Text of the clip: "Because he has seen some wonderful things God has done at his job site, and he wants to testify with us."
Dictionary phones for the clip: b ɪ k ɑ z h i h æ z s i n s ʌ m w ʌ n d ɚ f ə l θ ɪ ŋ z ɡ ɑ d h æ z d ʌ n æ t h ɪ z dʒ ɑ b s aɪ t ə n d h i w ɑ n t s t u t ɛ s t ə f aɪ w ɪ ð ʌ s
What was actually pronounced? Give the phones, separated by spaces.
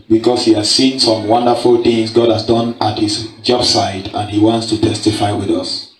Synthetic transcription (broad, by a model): b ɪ k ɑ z h i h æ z s i n s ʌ m w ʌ n d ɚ f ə l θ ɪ ŋ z ɡ ɑ d h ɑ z d ʌ n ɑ t h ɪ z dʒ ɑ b s aɪ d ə n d h i w ɑ n t s t u t ɛ s t ə f aɪ w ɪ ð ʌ s